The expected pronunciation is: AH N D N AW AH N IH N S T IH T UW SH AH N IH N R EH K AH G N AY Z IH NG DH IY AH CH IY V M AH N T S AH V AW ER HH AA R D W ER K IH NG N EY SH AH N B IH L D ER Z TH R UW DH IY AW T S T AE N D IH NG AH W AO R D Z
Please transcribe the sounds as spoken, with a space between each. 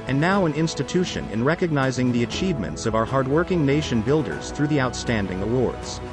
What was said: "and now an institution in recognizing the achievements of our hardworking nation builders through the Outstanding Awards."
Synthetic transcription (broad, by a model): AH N N AW AH N IH N S T IH T UW SH AH N IH N R EH K AH G N AY Z IH NG DH IY AH CH IY V M AH N T S AH V AW ER HH AA R D W ER K IH NG N EY SH AH N B IH L D ER Z TH R UW DH IY AW T S T AE N D IH NG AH W AO R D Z